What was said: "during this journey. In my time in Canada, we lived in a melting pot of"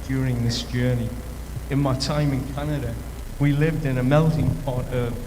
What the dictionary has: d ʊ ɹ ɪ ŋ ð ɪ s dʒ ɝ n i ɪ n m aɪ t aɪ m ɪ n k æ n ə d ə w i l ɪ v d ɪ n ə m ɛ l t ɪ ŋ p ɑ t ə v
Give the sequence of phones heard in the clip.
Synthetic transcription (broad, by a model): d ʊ ɹ ɪ ŋ ð ɪ s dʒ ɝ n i ɪ n m aɪ t aɪ m ɪ n k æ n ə d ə w i l ɪ v d ɪ n ə m ɛ l t ɪ ŋ p ɑ t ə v